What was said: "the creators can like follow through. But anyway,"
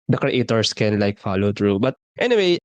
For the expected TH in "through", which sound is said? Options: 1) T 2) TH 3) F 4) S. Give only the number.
1